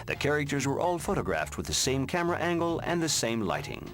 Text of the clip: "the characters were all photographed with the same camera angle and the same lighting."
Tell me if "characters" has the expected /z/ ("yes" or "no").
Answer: yes